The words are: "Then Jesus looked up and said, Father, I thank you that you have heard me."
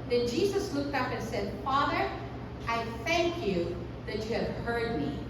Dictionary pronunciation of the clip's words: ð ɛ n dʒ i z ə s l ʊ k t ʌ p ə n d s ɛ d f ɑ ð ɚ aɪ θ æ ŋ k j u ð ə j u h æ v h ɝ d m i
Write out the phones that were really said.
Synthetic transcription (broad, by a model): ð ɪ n dʒ i z ə s l ʊ k t ʌ p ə n s ɛ d f ɑ ð ɚ aɪ θ æ ŋ k j u ð ə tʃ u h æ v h ɝ d m i